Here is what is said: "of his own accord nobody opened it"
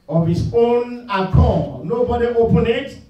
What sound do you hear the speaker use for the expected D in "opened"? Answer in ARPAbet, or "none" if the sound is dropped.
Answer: none